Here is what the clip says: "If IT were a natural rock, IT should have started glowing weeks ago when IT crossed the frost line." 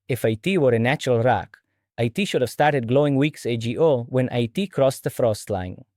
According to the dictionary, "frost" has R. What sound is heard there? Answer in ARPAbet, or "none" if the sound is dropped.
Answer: R